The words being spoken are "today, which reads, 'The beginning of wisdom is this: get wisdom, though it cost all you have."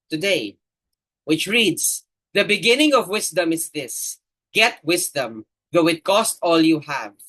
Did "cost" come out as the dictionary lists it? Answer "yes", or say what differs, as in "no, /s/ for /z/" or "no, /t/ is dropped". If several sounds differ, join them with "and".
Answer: yes